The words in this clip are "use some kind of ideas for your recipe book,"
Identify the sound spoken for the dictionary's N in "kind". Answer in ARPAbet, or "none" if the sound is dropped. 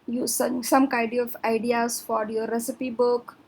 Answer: none